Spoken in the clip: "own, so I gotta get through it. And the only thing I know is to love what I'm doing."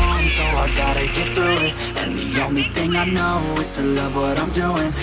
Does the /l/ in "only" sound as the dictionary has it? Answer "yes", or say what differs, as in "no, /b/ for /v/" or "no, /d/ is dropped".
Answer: yes